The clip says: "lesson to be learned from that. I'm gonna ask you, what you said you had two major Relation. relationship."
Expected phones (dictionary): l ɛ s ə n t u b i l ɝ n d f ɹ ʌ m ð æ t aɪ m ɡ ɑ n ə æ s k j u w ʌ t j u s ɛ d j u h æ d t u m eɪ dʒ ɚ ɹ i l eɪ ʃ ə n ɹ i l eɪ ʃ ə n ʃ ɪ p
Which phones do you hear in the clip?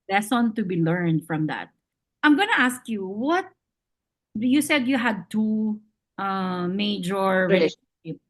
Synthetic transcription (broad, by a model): l ɛ s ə n t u b i l ɝ n d f ɹ ʌ m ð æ t aɪ m ɡ ɑ n ə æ s k j u w ʌ t j u s ɛ d j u h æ d t u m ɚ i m eɪ ə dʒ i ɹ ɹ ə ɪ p